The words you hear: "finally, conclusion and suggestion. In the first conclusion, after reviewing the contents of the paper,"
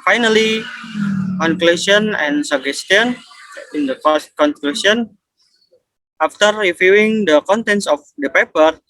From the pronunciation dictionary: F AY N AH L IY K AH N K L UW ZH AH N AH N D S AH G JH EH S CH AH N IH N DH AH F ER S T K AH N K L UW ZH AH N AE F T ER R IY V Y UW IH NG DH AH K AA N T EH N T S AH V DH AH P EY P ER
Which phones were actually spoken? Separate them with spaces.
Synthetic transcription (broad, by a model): F AY N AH L IY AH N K L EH S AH N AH N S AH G EH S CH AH N IH N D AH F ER S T K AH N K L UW S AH N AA F T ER R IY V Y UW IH NG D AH K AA N T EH N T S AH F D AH P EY P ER